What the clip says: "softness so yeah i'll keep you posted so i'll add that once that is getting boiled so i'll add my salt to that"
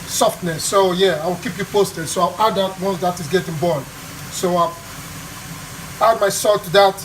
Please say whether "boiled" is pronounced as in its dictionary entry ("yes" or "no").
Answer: no